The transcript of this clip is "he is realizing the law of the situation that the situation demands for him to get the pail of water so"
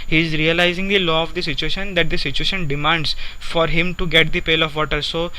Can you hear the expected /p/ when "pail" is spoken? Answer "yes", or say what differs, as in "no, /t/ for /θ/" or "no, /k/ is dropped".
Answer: yes